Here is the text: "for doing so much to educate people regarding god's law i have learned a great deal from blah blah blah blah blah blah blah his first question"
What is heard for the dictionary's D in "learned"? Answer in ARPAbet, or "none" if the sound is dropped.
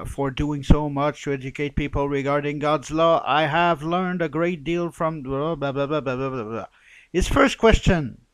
D